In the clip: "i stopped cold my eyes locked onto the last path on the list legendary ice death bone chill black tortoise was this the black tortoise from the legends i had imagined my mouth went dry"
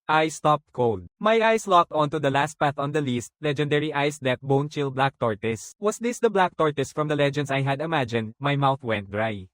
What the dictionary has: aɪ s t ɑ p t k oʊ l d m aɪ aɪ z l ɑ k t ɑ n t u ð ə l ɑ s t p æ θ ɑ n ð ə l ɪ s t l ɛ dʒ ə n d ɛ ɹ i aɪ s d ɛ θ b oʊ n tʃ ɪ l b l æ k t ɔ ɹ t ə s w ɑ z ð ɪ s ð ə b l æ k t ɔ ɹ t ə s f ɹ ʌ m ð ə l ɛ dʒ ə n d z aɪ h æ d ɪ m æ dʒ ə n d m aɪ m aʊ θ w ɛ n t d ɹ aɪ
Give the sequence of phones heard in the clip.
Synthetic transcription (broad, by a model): aɪ s t ɑ p t k oʊ l d m aɪ aɪ s l ɑ k t ɑ n t u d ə l ɑ s t p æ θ ɑ n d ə l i s t l ɛ dʒ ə n d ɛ ɹ i aɪ s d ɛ t b oʊ n tʃ ɪ l b l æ k t ɔ ɹ t ə s w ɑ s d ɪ s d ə b l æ k t ɔ ɹ t ə s f ɹ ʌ m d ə l ɛ dʒ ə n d s aɪ h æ d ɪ m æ dʒ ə n d m aɪ m aʊ θ w ɛ n t d ɹ aɪ